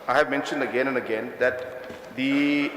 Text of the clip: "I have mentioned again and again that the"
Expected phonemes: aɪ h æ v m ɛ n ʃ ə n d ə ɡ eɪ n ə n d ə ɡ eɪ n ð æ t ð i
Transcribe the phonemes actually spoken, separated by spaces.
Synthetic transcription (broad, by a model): aɪ h æ v m ɛ n ʃ ə n d ə ɡ eɪ n ə n d ə ɡ eɪ n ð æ t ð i